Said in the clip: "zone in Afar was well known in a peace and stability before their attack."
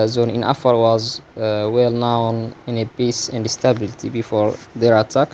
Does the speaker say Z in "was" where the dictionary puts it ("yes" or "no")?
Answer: yes